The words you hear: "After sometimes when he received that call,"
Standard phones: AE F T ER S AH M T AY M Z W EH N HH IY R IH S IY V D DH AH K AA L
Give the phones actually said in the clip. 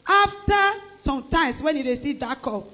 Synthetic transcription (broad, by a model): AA F T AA S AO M T AY M S W EH N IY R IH S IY D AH K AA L